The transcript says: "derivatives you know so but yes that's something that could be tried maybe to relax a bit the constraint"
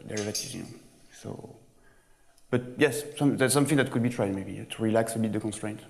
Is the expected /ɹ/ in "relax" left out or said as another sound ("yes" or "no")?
no